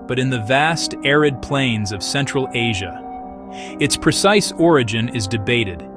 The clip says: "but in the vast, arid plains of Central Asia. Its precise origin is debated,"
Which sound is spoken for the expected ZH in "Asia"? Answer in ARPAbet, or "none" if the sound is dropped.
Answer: ZH